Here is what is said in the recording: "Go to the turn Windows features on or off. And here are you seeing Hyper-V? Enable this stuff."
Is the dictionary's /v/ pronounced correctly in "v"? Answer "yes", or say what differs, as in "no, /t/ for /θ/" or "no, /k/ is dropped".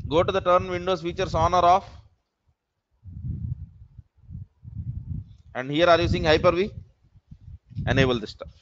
yes